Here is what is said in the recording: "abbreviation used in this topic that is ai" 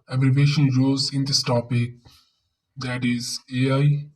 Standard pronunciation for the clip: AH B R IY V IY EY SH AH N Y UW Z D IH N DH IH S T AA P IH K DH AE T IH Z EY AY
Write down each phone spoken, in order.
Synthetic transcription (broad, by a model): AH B R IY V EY SH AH N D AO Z IH N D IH S T AA P IH K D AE T IH Z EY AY